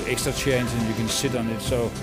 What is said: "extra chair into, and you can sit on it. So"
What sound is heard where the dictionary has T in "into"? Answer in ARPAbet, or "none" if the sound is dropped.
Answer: S